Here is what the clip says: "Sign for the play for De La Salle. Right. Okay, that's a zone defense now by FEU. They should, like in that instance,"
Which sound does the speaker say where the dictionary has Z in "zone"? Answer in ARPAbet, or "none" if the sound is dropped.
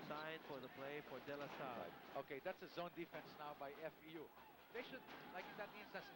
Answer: Z